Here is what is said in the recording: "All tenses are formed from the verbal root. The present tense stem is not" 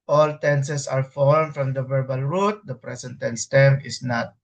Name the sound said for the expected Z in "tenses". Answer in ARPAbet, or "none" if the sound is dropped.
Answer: S